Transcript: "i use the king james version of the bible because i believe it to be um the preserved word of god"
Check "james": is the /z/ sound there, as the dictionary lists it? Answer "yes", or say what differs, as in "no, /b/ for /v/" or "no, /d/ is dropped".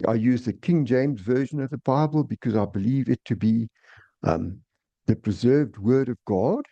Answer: yes